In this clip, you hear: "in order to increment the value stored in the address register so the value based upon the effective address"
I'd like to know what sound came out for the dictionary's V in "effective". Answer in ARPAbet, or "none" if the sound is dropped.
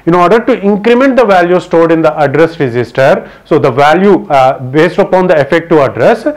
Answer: none